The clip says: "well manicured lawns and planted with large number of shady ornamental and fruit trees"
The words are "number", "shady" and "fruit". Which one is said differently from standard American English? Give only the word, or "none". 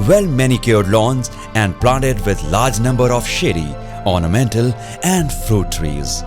none